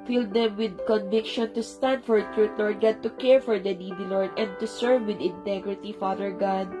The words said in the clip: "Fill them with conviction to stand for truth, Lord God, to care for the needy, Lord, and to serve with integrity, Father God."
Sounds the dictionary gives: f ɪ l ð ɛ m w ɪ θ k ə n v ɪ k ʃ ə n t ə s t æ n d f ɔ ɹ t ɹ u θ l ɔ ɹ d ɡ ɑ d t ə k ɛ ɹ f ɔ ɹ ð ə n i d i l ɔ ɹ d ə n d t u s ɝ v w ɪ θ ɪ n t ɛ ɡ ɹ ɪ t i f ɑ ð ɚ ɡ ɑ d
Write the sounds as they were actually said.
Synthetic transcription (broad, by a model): f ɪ l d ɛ m w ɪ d k ə n v ɪ k ʃ ə n t ə s t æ n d f ɔ ɹ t ɹ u t l ɔ ɹ d ɡ ɑ d t ə k ɛ ɹ f ɔ ɹ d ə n i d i l ɔ ɹ d ə n d t u s ɝ v w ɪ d ɪ n t ɛ ɡ ɹ ɪ t i f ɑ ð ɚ ɡ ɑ d